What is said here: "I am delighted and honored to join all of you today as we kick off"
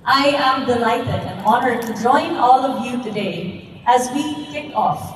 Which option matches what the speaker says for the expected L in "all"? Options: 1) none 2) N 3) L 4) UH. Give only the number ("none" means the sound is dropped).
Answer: 3